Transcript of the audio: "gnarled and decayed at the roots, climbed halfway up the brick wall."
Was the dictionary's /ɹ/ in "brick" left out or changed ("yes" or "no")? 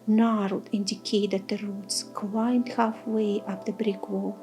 no